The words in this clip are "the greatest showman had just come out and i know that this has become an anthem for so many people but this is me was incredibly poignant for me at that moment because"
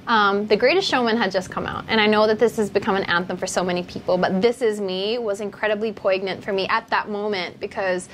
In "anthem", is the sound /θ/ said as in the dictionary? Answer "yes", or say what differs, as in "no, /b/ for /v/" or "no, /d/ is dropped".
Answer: yes